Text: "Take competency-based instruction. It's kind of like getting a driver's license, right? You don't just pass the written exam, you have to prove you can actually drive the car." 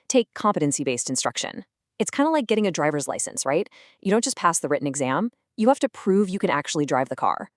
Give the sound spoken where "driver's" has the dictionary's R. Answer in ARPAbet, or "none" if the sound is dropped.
R